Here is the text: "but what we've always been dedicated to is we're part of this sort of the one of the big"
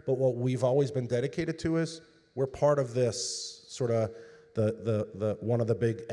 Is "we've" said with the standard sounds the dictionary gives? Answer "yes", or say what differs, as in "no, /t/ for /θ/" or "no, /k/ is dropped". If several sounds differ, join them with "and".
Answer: yes